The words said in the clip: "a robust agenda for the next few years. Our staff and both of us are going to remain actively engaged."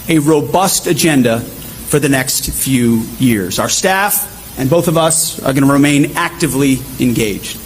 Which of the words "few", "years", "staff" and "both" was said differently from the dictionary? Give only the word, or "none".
none